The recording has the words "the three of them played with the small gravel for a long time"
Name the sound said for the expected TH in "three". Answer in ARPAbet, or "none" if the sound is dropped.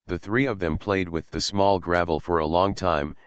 TH